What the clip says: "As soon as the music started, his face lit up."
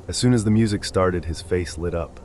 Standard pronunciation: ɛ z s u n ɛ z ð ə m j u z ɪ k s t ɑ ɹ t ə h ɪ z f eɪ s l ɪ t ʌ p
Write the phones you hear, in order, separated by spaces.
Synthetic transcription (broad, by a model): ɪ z s u n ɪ z ð ə m j u z ɪ k s t ɑ ɹ t ə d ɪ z f eɪ s l ɪ t ʌ p